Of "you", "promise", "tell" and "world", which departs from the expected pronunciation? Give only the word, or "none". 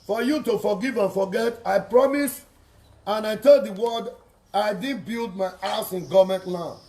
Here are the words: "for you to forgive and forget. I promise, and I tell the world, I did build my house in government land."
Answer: world